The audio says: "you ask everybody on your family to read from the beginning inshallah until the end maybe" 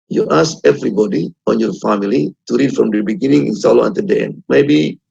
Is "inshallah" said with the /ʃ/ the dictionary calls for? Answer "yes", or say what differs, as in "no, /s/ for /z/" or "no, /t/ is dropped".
no, /s/ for /ʃ/